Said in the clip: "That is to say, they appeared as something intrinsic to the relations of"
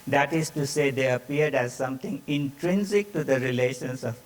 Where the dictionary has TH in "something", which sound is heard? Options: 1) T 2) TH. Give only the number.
1